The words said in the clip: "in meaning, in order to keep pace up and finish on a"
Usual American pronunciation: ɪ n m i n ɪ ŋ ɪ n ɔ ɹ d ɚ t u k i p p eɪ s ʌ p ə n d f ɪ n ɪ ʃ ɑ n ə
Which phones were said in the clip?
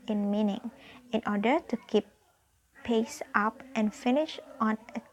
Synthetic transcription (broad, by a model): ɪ n m i n ɪ ŋ ɪ n ɔ d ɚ t u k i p p eɪ s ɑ p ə n f ɪ n ɪ ʃ ɑ n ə